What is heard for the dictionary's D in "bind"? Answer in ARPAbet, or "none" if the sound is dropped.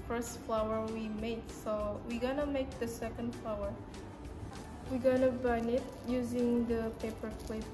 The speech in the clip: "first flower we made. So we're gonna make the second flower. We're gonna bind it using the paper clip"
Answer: none